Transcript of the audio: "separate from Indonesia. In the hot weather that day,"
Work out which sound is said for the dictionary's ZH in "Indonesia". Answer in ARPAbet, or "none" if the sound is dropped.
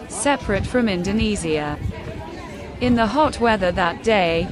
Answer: Z